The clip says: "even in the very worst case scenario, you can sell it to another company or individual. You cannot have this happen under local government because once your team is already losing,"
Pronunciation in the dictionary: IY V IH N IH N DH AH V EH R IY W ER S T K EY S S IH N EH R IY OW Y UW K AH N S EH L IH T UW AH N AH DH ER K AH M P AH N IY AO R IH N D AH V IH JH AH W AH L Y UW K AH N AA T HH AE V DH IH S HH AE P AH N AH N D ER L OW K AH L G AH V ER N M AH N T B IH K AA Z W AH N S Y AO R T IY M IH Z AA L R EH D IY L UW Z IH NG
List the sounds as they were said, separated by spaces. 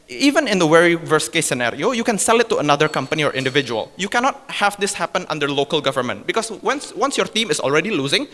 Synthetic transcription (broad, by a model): IY V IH N IH N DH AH W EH R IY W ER S K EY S S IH N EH R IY OW Y UW K AH N S EH L IH T UW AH N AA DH ER K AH M P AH N IY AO R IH N D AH V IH JH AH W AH L Y UW K AH N AA T HH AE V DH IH S HH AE P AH N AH N D ER L OW K AH L G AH V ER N M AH N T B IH K AA S W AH N S Y AO R T IY M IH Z AA L R EH D IY L UW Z IH NG